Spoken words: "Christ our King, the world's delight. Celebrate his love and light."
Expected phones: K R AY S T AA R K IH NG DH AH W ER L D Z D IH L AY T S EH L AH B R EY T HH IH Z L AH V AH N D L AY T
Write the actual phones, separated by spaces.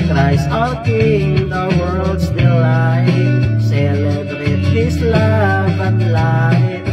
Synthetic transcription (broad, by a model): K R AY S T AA K IH NG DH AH W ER L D S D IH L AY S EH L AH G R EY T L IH S L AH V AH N L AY